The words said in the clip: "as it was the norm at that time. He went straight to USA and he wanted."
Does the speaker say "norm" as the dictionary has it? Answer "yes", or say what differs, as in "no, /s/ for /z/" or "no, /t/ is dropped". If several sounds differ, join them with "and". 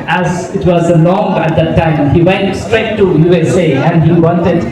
no, /l/ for /n/